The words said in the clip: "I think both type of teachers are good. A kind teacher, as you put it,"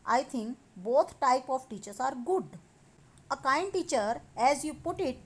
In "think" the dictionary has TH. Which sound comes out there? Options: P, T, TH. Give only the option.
T